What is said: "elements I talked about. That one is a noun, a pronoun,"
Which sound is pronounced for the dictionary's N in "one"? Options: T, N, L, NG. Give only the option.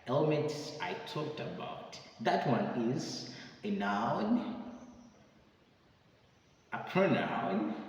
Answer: N